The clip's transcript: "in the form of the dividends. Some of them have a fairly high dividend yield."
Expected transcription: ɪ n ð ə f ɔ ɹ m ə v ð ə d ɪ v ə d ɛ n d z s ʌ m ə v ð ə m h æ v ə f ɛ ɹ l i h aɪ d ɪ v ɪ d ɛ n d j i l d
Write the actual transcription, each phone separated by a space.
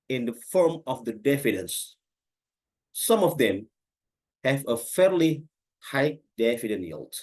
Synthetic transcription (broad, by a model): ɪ n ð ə f ɔ ɹ m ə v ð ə d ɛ f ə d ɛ n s s ʌ m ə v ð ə m h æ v ə f ɛ ɹ l i h aɪ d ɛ f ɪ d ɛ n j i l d